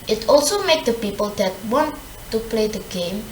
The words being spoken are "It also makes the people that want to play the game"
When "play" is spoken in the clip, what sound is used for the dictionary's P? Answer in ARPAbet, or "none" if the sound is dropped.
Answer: P